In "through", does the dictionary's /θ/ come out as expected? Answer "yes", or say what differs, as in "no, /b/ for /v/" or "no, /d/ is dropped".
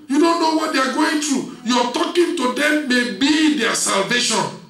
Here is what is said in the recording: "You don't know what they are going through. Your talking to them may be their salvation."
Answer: no, /t/ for /θ/